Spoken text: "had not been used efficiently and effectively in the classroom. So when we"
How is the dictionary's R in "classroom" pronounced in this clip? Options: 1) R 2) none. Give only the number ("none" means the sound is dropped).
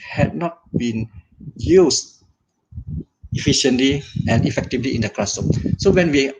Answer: 2